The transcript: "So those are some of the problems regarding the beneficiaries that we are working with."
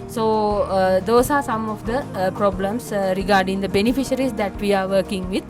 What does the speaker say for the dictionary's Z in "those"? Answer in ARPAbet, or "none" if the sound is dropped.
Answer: S